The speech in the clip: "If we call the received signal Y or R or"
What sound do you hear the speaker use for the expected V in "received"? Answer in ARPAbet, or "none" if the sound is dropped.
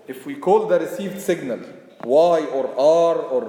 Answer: V